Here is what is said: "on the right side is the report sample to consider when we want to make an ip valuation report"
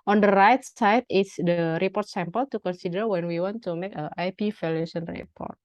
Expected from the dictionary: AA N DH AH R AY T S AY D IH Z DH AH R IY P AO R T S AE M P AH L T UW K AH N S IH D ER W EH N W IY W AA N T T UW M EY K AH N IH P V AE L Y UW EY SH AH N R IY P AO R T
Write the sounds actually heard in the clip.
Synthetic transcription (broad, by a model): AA N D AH R AY T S AY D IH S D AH R IY P AO R T S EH M P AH L T UW K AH N S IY D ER W EH N W IY W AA N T T UW M EY K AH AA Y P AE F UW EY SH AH N R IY P AO R T